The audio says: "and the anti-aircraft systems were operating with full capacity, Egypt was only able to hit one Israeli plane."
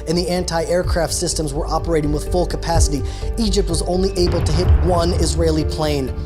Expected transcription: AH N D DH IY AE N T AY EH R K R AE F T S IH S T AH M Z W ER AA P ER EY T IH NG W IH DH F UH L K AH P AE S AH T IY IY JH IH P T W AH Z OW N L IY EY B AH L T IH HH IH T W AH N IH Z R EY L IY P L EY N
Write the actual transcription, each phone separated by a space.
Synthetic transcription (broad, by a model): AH N DH IY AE N T AY EH R K R AE F T S IH S T AH M Z W ER AA P ER EY T IH NG W IH DH F UH L K AH P AE S AH T IY IY JH IH P T W AH Z OW N L IY EY B L T IH HH IH T W AH N IH Z R EY L IY P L EY N